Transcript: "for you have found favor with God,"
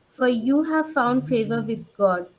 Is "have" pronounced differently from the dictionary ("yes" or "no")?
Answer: no